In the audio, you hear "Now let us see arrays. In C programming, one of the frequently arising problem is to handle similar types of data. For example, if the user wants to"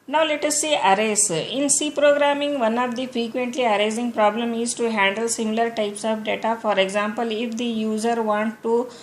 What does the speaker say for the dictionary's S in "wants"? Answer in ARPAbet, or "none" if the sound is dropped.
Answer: none